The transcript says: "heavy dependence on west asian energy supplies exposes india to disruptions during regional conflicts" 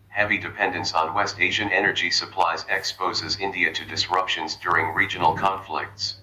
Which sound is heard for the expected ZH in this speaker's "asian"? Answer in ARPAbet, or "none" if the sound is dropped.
ZH